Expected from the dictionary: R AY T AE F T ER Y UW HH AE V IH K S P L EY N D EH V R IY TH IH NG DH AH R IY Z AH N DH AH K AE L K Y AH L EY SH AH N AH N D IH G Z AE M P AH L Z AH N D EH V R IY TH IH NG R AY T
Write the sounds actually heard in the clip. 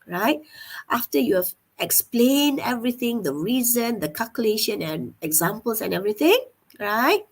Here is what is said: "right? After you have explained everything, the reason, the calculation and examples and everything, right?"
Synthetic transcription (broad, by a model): R AY T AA F T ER Y UW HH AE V IH K S P L EY N D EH V R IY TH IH NG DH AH R IY Z AH N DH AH K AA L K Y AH L EY SH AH N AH N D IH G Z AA M P AH L S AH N EH V R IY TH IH NG R AY T